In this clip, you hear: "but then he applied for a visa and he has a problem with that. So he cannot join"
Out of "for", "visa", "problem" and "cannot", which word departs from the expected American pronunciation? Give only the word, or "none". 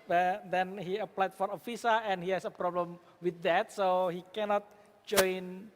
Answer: visa